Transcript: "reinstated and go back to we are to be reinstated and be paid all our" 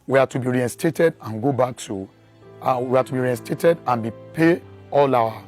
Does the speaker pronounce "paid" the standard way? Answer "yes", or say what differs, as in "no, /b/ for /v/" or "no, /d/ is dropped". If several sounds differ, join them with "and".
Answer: no, /d/ is dropped